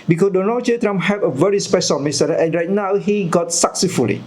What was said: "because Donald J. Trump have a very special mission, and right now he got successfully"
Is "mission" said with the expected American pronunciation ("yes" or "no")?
no